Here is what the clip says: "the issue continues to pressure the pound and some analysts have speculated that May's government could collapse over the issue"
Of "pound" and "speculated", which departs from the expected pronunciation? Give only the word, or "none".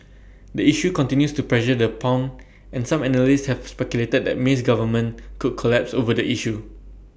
pound